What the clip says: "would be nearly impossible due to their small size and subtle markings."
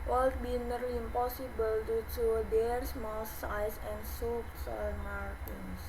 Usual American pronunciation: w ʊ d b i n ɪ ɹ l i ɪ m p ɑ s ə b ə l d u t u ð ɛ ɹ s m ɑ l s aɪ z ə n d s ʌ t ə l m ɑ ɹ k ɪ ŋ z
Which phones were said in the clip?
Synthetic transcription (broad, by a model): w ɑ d b i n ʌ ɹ l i ɪ m p ɑ s ə b ə l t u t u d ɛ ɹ s m ɑ l s aɪ s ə n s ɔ s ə n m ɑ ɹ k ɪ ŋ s